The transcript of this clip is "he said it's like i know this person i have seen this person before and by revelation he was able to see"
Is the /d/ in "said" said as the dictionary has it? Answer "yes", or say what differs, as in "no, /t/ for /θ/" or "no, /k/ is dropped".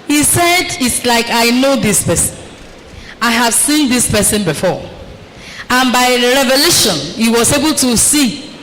yes